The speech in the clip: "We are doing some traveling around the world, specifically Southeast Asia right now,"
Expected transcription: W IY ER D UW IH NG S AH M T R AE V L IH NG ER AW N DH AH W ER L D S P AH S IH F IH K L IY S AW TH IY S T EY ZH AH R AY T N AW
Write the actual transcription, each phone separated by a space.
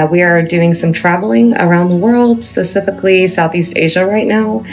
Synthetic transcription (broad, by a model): W IY ER D UW IH NG S AH M T R AE V L IH NG ER AW N DH AH W ER L D S P AH S IH F IH K L IY S AW TH IY S T EY ZH AH R AY T N AW